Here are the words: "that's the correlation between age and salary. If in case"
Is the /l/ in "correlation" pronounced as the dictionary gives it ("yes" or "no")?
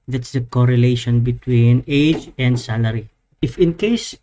yes